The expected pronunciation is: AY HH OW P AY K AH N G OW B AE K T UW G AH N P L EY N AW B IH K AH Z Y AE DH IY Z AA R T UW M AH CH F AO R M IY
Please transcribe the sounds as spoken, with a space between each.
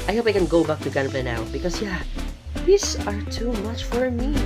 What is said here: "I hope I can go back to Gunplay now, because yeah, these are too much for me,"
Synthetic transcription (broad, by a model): AY HH OW P AY K AH N G OW B AE K T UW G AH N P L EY N AW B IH K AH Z Y AE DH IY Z AA R T UW M AH CH F AO R M IY